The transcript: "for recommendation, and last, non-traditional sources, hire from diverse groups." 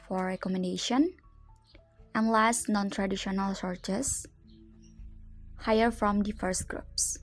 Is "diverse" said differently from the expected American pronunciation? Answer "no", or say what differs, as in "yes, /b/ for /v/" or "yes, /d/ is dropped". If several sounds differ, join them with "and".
yes, /f/ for /v/